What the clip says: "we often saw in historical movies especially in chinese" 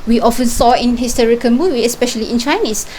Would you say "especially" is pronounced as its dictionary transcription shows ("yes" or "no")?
yes